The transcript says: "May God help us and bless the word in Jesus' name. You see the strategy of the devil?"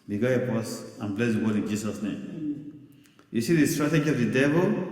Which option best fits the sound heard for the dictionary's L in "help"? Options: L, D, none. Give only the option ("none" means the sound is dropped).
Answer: none